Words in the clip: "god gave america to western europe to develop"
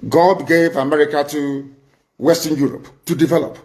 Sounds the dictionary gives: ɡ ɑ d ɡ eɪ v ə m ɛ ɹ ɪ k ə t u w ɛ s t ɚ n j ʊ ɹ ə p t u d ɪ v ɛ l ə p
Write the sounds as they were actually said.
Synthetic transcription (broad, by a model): ɡ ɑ d ɡ eɪ v ə m ɛ ɹ ɪ k ə t u w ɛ s t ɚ n j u ɹ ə p t u d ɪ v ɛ l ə p